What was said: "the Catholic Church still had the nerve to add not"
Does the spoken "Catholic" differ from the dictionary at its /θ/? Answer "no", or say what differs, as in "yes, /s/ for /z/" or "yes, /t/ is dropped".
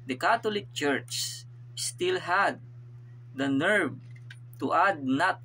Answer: yes, /t/ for /θ/